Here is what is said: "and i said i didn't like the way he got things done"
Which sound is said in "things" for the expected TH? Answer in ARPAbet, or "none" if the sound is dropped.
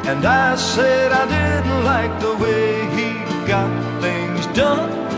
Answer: TH